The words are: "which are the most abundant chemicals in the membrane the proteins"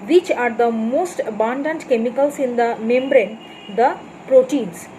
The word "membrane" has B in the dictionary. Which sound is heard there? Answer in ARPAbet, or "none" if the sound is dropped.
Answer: B